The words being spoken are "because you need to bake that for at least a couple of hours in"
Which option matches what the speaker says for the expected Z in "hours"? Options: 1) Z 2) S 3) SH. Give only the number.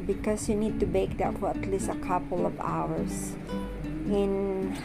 2